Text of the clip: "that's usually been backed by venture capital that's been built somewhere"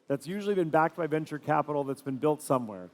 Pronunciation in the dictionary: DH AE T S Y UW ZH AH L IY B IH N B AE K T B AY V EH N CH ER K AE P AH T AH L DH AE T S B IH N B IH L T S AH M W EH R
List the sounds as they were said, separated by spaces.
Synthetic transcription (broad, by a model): DH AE T S Y UW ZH L IY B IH N B AE K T B AY V EH N CH ER K AE P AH T L DH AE T S B IH N B IH L T S AH M W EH R